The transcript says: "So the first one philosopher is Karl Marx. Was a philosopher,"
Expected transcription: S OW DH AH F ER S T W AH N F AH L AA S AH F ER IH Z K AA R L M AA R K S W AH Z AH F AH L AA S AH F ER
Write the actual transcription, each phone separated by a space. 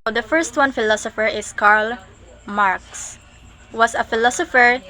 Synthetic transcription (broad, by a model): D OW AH F ER S T W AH N F AH L AA S AH F ER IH S K AA R L M AA R K S W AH S AH F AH L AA S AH F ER